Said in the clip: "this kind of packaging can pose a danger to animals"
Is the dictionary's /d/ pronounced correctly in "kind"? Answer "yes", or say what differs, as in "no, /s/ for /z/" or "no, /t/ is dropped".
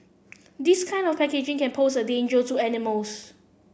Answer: yes